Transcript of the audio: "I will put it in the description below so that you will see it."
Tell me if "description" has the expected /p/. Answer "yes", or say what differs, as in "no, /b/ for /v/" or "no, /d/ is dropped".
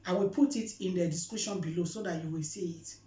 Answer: no, /p/ is dropped